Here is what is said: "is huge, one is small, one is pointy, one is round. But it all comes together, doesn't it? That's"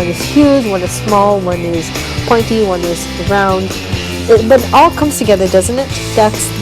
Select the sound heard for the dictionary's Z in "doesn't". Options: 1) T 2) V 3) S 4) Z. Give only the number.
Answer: 4